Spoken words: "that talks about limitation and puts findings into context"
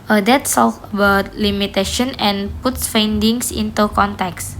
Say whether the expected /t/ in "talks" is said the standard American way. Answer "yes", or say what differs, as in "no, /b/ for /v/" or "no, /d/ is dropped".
no, /s/ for /t/